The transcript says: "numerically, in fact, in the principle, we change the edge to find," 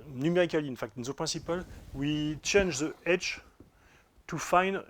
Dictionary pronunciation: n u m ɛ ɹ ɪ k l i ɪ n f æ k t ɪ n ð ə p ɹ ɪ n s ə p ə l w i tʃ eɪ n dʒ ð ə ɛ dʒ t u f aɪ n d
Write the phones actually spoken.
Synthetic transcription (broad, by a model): n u m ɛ ɹ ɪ k l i ɪ n f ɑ k t ɪ n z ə p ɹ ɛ s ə p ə l w i tʃ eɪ n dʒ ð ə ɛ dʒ t u f aɪ n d